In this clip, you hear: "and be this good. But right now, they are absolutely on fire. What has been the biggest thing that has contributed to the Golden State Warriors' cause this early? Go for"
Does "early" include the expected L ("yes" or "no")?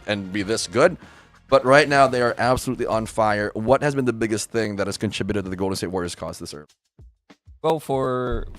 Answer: no